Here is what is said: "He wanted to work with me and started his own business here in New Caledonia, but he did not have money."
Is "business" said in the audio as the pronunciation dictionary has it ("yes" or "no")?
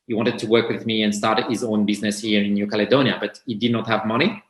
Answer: yes